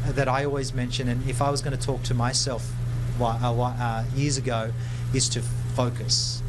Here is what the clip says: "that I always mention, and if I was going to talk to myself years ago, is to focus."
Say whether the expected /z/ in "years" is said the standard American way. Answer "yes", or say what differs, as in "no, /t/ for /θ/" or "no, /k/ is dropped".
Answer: yes